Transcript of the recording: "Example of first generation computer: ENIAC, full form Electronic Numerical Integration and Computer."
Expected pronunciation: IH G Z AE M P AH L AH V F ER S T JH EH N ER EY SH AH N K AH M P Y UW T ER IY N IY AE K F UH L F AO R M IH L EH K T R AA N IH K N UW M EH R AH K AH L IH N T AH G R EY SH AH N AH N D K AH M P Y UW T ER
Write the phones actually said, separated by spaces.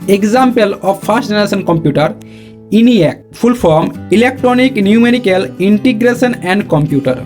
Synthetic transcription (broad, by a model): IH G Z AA M P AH L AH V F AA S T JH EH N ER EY S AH N K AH M P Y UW T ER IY N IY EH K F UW L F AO R M IH L EH K T R AA N IH K N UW M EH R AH K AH L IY N T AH G R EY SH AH N AH N D K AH M P Y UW T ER